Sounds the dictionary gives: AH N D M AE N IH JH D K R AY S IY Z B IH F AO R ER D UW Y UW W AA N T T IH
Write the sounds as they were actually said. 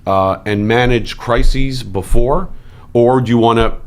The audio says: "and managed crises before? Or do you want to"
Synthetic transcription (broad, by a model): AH N M AE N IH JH K R AY S IY Z B IH F AO R ER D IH Y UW W AA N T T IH